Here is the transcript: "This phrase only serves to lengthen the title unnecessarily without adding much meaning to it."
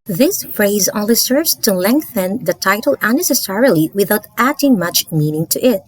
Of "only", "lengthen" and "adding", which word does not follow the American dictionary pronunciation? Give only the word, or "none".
only